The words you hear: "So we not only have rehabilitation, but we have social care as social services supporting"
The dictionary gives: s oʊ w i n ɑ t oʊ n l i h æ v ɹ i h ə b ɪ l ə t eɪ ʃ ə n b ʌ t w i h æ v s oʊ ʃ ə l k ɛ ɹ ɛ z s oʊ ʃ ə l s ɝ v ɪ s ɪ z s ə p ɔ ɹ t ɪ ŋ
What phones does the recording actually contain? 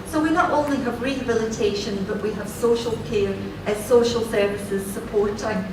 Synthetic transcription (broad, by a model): s oʊ w i n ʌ t oʊ n l i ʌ v ɹ i h ə b ɪ l ə t eɪ ʃ ə n b ʌ t w i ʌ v s oʊ ʃ ə l k ɛ ɹ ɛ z s oʊ ʃ ə l s ɝ v ɪ s ɪ z s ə p ɔ ɹ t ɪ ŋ